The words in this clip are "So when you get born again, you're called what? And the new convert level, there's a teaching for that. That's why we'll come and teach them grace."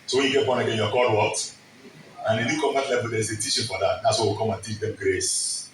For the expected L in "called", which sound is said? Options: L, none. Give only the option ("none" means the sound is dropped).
none